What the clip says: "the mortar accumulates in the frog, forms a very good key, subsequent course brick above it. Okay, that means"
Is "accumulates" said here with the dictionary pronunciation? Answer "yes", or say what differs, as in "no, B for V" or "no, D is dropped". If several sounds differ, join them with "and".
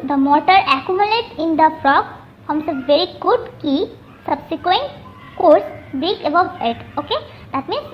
no, S is dropped